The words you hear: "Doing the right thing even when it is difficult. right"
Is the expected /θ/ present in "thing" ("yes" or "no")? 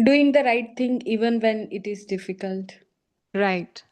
no